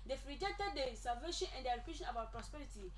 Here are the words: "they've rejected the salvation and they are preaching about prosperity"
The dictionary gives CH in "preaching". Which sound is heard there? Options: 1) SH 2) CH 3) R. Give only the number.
1